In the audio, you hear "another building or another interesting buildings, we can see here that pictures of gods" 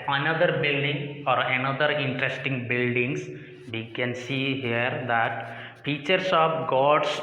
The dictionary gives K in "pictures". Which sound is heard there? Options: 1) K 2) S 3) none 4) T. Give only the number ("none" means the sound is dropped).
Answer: 3